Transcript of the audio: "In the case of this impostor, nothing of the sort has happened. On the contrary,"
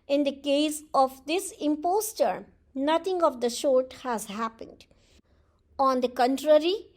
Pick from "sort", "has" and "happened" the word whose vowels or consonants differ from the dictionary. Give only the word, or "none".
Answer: sort